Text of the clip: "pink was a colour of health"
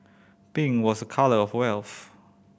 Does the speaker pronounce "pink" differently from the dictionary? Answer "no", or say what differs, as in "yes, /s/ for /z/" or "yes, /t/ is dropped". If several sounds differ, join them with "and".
yes, /b/ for /p/